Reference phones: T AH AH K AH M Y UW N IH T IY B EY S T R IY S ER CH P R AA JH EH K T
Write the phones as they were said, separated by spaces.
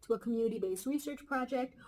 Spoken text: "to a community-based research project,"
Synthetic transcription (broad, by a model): T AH AH K AH M Y UW N IH T IY B EY S T R IY S ER CH P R AA JH EH K T